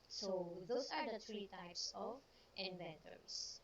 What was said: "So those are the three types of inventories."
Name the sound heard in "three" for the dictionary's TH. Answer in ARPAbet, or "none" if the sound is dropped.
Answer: T